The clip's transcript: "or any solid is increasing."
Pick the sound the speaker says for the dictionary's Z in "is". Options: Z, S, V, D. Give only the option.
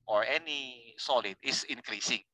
S